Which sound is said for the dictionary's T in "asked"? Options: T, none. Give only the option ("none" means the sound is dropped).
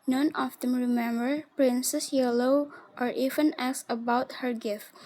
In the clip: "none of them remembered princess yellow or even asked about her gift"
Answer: none